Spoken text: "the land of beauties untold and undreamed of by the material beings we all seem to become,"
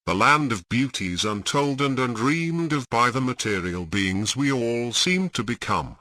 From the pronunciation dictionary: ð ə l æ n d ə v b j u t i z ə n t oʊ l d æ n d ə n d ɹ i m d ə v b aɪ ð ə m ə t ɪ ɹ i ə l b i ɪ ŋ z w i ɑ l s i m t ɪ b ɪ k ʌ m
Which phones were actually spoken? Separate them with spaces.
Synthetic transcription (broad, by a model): ð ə l æ n d ə v b j u t i z ə n t oʊ l d n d ə n d ɹ i m d ə v b aɪ ð ə m ə t ɪ ɹ i ə l b i ɪ ŋ z w i ɑ l s i m t ɪ b ɪ k ʌ m